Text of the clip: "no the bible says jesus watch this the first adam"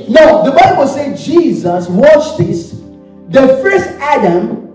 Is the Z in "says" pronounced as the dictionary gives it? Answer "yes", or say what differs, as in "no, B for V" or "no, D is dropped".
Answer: no, Z is dropped